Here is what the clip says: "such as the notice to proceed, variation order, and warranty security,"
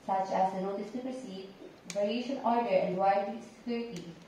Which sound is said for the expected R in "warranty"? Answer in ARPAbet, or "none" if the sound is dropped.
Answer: none